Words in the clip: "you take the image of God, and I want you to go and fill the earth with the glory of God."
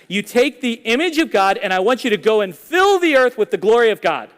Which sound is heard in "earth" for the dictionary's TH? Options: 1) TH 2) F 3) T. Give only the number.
1